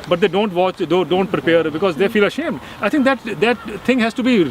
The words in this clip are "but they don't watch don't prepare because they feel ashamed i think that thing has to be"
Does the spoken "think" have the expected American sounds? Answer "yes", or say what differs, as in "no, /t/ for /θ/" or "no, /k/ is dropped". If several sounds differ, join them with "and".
no, /t/ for /θ/